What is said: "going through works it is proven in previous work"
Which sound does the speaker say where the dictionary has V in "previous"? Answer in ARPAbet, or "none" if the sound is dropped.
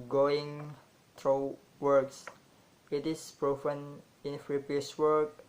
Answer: P